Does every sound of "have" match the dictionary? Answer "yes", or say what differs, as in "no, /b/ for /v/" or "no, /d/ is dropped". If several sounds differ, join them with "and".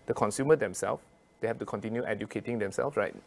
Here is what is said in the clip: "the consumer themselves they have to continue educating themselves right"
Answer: no, /f/ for /v/